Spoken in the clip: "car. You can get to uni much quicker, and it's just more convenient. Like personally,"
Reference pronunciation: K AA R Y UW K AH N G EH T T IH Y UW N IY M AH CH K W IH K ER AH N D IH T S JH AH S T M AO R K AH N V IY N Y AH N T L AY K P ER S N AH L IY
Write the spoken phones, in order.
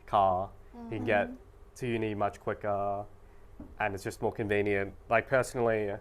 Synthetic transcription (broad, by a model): K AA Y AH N G EH T T IH Y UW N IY M AH CH K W IH K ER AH N IH T S JH AH S T M AO R K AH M V IY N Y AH N T L AY K P ER S N L IY